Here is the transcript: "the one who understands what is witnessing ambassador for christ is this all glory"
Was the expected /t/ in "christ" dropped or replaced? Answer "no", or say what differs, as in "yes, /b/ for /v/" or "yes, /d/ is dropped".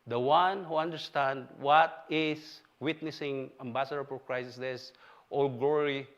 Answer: yes, /t/ is dropped